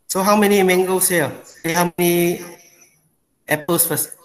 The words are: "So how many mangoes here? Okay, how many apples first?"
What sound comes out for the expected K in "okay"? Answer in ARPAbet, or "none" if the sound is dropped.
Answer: none